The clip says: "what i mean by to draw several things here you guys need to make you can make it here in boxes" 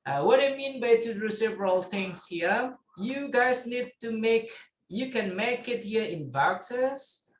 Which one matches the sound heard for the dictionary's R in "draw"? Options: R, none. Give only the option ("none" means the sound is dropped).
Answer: none